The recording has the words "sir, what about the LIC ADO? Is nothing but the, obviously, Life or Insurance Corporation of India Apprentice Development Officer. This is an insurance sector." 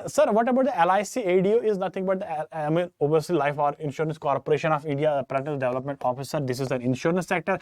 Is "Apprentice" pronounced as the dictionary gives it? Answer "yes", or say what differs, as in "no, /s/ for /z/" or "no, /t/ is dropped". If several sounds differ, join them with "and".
no, /n/ is dropped